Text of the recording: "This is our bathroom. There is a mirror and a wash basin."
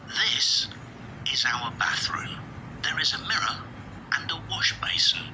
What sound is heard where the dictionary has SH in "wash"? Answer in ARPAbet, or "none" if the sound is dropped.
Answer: SH